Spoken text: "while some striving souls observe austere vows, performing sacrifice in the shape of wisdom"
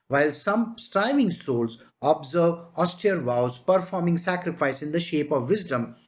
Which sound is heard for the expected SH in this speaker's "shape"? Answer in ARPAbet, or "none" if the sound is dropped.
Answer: SH